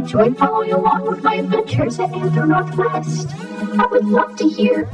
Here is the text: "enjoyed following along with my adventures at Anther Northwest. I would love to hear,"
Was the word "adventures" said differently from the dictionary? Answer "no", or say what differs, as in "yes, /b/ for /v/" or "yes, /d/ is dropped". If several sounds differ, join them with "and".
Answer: no